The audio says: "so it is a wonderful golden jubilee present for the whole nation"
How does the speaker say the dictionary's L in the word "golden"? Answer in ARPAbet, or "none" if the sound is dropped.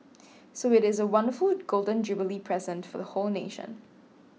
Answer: L